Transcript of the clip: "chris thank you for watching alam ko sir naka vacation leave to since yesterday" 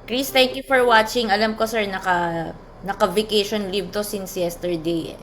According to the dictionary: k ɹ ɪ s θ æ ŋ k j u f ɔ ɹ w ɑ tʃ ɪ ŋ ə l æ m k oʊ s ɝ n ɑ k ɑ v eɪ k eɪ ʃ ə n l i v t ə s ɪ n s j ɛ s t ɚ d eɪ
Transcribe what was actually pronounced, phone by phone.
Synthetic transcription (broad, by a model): k ɹ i s t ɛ ŋ k j u f ɔ ɹ w ɑ tʃ ɪ ŋ ə l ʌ m k oʊ s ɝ n ɑ k ɑ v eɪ k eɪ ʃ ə n l i v t ə s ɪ n s j ɛ s t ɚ d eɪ